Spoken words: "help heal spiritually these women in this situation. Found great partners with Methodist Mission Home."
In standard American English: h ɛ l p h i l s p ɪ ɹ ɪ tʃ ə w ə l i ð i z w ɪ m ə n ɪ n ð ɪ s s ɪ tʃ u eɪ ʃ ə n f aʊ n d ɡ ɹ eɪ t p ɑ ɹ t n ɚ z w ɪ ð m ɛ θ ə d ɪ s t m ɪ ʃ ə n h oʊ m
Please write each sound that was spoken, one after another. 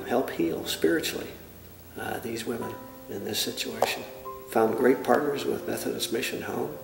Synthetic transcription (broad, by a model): h ɛ l p h i l s p ɪ ɹ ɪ tʃ l i ð i z w ɪ m ə n ɪ n ð ɪ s s ɪ tʃ u eɪ ʃ ə n f aʊ n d ɡ ɹ eɪ t p ɑ ɹ t n ɚ z w ɪ ð m ɛ θ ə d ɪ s m ɪ ʃ ə n h oʊ m